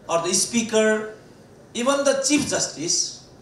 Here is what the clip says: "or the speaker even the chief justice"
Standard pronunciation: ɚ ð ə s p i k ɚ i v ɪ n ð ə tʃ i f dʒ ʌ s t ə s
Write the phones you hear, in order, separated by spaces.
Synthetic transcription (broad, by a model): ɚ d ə s p i k ɚ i b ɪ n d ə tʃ i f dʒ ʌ s t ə s